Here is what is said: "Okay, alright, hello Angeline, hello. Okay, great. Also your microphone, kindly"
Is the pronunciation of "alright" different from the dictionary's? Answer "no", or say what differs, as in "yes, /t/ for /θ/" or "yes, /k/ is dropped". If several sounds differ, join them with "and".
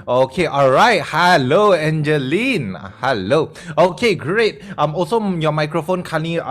no